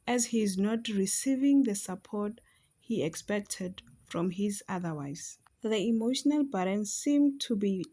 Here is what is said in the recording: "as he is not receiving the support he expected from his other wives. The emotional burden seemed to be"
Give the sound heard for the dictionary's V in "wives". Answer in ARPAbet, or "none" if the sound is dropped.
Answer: none